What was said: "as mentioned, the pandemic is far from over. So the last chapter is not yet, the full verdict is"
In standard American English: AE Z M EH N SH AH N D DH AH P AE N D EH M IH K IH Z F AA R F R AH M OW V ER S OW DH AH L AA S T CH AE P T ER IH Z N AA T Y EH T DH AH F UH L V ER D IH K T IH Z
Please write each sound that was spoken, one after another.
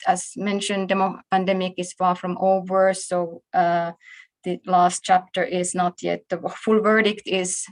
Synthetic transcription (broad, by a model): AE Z M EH N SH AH N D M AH P AE N D EH M IH K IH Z F AA R F R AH M OW V ER S OW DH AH L AA S T CH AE P T ER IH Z N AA T Y EH T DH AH F UH L V ER D IH K T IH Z